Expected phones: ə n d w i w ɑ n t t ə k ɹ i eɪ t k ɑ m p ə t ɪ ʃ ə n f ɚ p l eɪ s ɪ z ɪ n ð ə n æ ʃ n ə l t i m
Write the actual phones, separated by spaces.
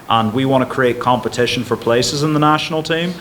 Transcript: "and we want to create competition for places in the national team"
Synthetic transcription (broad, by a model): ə n w i w ɑ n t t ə k ɹ i eɪ t k ɑ m p ə t ɪ ʃ ə n f ɚ p l eɪ s ɪ z ɪ n ð ə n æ ʃ n l t i m